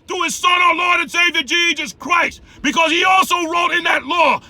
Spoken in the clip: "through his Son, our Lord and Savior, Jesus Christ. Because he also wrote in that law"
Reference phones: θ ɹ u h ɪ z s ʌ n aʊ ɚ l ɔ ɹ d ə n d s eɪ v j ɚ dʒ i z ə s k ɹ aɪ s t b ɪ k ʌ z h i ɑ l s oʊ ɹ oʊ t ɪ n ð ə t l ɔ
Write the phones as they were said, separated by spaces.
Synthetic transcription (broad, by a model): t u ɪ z s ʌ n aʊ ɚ l ɔ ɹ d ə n s eɪ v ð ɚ dʒ i z ə s k ɹ aɪ s t b ɪ k ʌ z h i ɑ l s oʊ ɹ oʊ t ɪ n ð ə t l ɔ